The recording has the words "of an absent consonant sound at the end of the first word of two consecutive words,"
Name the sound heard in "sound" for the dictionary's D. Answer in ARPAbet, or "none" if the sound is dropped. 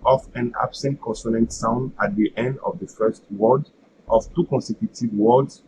D